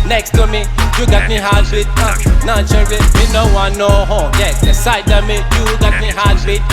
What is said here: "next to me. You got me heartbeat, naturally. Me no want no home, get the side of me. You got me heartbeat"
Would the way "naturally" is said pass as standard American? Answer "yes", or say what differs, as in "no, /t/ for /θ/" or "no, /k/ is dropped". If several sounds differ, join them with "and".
no, /ɹ/ is dropped